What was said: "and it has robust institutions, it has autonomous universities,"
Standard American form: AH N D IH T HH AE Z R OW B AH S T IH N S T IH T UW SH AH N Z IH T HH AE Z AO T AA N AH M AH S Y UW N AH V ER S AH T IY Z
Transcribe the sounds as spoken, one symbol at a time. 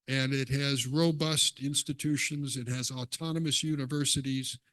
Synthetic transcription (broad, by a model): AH N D IH T HH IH Z R OW B AH S T IH N S T IH T UW SH AH N Z IH T HH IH Z AO T AA N AH M AH S Y UW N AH V ER S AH T IY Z